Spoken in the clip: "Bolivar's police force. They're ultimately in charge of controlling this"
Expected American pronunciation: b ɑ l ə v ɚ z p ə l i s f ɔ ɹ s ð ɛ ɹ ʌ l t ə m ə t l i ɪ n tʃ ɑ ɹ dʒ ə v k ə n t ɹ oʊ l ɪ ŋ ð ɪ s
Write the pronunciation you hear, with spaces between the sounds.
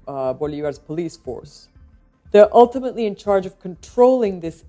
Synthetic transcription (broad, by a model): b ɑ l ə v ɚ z p ə l i s f ɔ ɹ s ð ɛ ɹ ʌ l t ə m ə t l i ɪ n tʃ ɑ ɹ dʒ ə v k ə n t ɹ oʊ l ɪ ŋ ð ɪ s